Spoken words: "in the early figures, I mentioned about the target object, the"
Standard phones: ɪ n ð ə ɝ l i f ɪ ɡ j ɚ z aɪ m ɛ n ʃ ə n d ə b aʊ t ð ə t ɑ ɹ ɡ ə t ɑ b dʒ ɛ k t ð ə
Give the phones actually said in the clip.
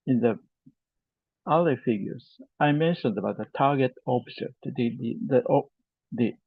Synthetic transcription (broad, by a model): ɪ n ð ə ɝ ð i f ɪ ɡ j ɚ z aɪ m ɛ n ʃ ə n d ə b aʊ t ð ə t ɑ ɹ ɡ ə t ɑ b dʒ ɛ k t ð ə